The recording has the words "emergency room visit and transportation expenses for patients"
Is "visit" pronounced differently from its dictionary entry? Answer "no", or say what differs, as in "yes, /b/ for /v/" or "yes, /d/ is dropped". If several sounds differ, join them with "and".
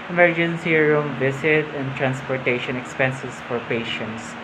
yes, /s/ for /z/